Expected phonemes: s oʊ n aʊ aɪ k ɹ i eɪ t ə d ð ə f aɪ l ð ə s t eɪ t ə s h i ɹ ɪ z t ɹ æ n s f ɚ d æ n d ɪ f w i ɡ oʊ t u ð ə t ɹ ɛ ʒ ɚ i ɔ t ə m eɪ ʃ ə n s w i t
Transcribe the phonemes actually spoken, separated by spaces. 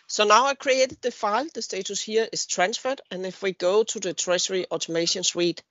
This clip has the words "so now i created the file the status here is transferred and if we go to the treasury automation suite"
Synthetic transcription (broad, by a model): s oʊ n aʊ aɪ k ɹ i eɪ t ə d ð ə f aɪ l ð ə s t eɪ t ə s h i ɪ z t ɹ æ n s f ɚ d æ n ɪ f w i ɡ oʊ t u ð ə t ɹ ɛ s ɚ i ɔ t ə m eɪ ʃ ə n s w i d